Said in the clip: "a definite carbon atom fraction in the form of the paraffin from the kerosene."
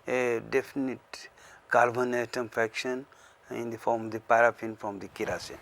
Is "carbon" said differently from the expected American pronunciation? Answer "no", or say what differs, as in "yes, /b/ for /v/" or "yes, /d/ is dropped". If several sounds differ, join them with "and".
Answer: yes, /l/ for /ɹ/